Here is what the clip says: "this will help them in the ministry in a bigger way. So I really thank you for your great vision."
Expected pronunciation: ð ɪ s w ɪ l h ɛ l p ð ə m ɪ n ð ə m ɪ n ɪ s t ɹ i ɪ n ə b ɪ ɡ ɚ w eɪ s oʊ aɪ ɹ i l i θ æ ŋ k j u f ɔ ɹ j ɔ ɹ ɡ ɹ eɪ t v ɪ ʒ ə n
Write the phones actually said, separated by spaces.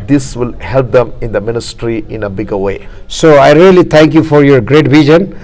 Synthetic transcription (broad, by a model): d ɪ s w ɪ l h ɛ l p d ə m ɪ n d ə m ɪ n ɪ s t ɹ i ɪ n ə b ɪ ɡ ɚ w eɪ s oʊ aɪ ɹ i l i t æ ŋ k j u f ɔ ɹ j ɔ ɹ ɡ ɹ eɪ t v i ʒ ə n